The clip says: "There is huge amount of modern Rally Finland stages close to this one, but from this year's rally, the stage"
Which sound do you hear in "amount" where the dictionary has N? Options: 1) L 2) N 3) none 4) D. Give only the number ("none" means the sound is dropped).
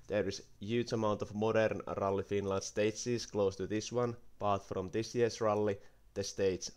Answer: 2